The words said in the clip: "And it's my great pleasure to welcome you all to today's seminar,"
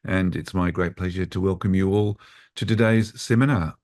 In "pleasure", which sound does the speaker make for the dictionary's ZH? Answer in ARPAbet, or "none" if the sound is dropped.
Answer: ZH